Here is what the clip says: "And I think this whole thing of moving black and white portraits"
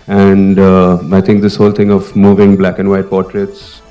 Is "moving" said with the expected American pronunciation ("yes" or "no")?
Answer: yes